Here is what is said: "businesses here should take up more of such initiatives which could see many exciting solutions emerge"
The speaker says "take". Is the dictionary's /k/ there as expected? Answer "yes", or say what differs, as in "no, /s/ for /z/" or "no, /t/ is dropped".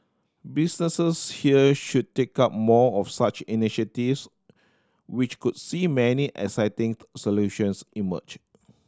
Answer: yes